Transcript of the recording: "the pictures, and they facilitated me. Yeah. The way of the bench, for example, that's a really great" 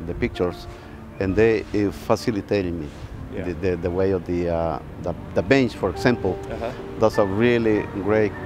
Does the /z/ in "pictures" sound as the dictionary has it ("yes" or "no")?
no